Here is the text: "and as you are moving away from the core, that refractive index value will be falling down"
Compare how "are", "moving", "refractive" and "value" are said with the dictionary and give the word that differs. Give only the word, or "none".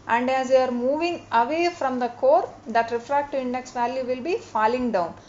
refractive